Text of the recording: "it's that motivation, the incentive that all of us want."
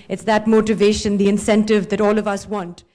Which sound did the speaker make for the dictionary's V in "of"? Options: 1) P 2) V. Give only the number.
2